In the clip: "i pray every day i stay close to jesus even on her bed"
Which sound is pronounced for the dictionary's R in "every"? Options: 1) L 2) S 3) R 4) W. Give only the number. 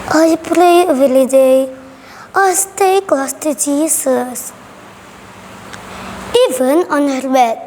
1